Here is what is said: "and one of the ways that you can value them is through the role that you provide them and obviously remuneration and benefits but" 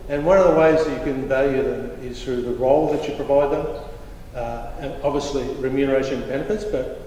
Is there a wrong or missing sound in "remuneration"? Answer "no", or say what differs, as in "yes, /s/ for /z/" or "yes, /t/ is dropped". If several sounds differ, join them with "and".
yes, /ʃ/ is dropped